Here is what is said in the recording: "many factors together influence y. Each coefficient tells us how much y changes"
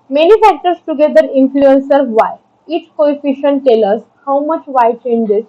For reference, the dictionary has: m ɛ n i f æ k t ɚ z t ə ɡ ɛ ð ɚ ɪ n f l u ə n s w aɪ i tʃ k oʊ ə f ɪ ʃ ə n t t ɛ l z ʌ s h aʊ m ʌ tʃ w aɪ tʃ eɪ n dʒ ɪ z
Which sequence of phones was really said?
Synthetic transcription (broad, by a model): m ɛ n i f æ k t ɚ s t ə ɡ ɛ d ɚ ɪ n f l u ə n s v aɪ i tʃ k oʊ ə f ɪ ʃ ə n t t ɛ l ʌ s h aʊ m ʌ tʃ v aɪ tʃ eɪ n dʒ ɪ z